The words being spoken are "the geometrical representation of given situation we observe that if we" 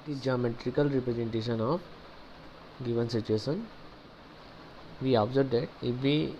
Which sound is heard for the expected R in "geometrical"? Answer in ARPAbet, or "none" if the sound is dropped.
R